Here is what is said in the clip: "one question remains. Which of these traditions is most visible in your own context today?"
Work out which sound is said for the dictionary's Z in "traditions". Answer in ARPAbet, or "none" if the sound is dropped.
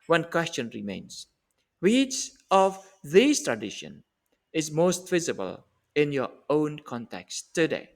none